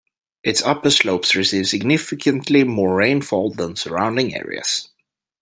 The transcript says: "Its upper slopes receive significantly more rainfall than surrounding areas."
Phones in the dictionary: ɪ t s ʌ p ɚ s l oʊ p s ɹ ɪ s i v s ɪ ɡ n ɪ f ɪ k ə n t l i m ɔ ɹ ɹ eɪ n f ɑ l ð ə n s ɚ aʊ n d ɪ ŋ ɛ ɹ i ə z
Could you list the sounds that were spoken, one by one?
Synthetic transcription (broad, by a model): ɪ t s ʌ p ɚ s l oʊ p s ɹ ɪ s i v s ɪ ɡ n ɪ f ɪ k ə n t l i m ɔ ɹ ɹ eɪ n f ɑ l ð ə n s ɚ aʊ n d ɪ ŋ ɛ ɹ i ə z